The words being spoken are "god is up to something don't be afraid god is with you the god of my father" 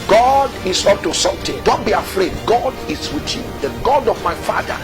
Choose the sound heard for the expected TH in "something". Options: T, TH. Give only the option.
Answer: T